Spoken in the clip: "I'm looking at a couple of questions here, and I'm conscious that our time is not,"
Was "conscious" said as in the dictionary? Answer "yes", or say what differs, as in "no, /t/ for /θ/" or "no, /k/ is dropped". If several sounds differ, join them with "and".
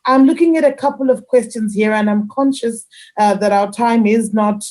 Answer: yes